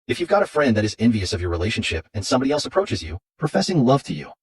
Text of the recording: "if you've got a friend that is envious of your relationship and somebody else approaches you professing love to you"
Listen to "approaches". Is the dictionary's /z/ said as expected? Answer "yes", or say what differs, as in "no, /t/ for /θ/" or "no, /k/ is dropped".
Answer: yes